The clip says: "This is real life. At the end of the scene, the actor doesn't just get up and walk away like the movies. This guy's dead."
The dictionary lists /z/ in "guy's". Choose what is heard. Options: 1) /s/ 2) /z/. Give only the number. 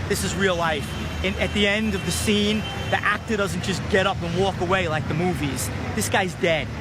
2